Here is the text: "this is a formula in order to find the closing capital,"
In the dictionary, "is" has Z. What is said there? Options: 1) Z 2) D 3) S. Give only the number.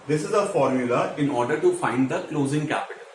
1